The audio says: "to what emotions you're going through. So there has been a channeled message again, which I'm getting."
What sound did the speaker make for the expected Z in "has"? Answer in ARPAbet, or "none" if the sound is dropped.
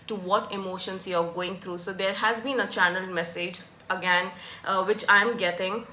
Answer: Z